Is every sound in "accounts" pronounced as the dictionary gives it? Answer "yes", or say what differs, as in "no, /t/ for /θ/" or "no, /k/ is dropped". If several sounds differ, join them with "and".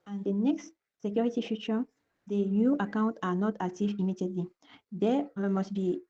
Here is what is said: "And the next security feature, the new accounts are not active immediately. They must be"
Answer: no, /s/ is dropped